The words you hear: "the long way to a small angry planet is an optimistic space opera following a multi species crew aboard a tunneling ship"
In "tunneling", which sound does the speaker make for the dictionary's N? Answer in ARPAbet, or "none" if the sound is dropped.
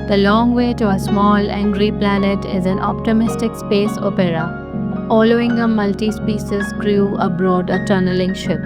N